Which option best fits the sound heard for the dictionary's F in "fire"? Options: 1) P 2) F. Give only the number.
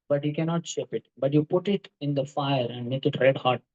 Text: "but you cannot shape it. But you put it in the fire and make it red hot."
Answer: 2